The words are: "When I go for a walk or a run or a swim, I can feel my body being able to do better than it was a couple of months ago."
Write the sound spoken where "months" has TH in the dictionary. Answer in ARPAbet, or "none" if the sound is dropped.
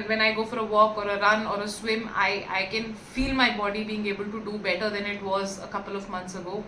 T